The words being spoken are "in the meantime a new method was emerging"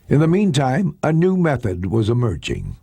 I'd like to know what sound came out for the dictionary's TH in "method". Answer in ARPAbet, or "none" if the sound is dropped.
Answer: TH